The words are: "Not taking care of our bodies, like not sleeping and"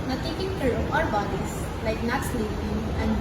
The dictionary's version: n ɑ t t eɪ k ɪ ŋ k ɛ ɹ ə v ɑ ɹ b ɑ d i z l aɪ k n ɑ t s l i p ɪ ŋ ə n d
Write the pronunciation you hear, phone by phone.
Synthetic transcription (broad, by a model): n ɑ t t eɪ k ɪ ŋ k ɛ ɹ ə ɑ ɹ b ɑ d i s l aɪ k n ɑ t s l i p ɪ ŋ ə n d